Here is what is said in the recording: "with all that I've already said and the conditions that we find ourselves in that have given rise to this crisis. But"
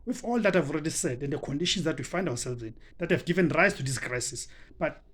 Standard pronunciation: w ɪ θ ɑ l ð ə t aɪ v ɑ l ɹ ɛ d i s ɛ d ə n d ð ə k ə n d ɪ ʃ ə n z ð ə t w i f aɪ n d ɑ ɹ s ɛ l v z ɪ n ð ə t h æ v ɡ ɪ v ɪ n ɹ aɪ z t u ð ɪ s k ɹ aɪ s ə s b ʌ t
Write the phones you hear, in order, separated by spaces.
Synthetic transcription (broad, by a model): w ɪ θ ɑ l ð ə t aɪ v ɑ l ɹ ɛ d i s ɛ d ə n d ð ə k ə n d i ʃ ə n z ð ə t w i f aɪ n d ɑ w s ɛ l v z ɪ n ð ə t h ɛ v ɡ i v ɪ n ɹ aɪ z t u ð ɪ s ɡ ɹ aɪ s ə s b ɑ t